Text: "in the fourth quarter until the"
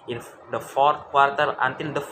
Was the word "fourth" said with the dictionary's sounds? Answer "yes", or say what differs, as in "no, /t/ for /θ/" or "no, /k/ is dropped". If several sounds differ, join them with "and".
no, /t/ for /θ/